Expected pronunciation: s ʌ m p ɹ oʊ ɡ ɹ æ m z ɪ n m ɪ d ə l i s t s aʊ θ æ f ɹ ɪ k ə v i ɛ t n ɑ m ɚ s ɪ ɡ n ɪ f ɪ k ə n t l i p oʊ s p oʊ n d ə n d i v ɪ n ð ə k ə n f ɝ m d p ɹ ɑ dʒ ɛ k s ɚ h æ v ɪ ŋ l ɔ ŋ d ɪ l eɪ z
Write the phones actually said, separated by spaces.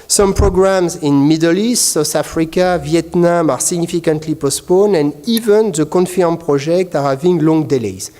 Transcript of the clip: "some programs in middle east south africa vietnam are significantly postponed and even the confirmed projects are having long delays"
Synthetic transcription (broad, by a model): s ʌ m p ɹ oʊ ɡ ɹ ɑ m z ɪ n m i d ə l i s t s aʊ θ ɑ f ɹ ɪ k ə v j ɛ t n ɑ m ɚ s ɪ ɡ n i f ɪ k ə n t l i p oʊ s p oʊ n ə n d i v ɪ n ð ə k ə n f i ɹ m p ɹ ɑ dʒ ɛ k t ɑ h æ v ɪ ŋ l ɔ ŋ d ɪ l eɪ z